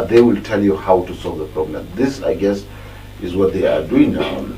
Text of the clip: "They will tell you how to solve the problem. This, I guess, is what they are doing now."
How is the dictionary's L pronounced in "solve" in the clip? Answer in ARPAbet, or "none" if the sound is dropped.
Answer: L